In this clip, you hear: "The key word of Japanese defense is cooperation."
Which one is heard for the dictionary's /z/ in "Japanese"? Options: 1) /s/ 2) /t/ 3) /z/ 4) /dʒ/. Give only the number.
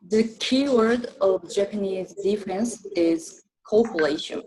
3